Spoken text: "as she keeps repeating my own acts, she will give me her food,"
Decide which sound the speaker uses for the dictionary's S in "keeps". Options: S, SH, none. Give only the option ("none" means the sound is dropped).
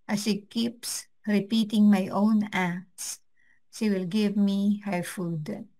S